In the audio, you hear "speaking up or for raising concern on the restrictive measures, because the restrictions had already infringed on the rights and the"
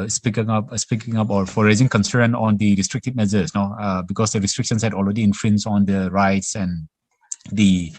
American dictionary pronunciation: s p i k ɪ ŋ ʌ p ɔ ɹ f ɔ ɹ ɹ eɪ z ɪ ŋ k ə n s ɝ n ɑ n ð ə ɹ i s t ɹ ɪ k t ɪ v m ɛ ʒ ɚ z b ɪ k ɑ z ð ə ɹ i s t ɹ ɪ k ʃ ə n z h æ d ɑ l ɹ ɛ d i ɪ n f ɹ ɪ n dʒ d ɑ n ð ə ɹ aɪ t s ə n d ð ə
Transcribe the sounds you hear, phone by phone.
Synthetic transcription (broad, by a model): s p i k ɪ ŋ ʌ p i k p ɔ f ɹ eɪ z ɪ ŋ k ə n s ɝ n ɑ n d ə ɹ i s t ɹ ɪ k t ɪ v m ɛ z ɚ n b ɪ k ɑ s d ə ɹ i s t ɹ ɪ k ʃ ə n s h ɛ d ɑ l ɹ ɛ d i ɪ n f ɹ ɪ n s ɑ n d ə ɹ aɪ t s ə n d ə